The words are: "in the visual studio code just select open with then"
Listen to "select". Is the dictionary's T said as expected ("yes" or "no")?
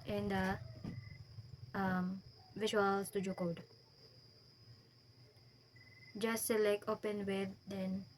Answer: no